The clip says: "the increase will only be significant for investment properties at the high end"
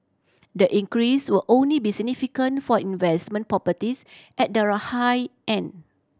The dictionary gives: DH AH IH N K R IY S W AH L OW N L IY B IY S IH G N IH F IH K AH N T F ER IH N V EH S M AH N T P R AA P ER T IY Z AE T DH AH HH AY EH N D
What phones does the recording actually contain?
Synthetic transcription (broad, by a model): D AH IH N K R IY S W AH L OW N L IY B IY S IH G N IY F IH K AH N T F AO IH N V EH S M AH N P R AA P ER T IY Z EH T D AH HH AY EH N